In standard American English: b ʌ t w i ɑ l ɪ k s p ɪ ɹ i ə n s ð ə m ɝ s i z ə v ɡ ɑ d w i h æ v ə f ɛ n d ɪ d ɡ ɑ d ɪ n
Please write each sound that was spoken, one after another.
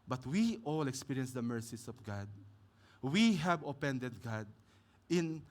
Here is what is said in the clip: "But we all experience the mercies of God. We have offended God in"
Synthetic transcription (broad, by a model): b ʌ t w i ɑ l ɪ k s p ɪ ɹ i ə n s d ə m ɝ s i s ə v ɡ ɑ d w i h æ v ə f ɛ n d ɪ d ɡ ɑ d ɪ n